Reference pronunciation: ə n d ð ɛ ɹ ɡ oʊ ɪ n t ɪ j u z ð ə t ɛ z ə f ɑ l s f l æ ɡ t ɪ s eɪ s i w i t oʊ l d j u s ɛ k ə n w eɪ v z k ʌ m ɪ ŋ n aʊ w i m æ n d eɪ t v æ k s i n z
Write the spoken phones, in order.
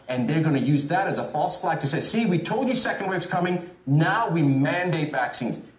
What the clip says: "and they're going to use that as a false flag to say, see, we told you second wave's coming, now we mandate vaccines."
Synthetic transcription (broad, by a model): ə n ð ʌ ɹ ɡ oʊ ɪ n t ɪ j u z ð ə t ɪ z ə f ɑ l s f l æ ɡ t ɪ s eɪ s i w i t oʊ l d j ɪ s ɛ k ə n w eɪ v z k ʌ m ɪ ŋ n aʊ w i m æ n d eɪ t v æ k s i n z